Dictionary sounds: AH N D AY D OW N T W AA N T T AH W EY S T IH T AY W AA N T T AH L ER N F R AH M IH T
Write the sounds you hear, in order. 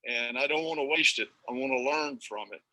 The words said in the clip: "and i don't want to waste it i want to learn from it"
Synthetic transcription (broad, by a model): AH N AY D OW N T W AA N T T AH W EY S T IH T AY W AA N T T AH L ER N F R AH M IH T